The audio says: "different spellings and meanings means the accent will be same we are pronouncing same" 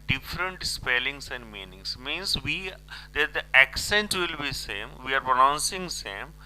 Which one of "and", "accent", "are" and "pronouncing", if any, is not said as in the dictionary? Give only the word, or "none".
none